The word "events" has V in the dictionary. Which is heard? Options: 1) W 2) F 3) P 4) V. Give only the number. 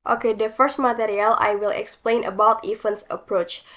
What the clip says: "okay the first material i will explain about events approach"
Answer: 2